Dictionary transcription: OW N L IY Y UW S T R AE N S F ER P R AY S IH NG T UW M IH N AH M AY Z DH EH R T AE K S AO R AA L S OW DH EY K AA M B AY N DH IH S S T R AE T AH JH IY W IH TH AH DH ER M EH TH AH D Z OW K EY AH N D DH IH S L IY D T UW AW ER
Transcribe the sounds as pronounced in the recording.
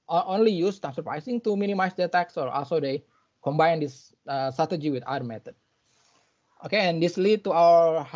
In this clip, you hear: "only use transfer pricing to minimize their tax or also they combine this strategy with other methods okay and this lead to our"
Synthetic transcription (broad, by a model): OW N L IY Y UW S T AE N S ER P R AY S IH NG T UW M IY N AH M AY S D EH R T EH K S AO R AA L S OW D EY K AA M B AY N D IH S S T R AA T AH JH IY W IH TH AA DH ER M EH T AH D OW K EY AH N D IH S L IY D T UW AW ER